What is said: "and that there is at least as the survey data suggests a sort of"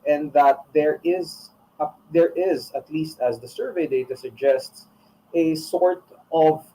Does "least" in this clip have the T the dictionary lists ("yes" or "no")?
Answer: yes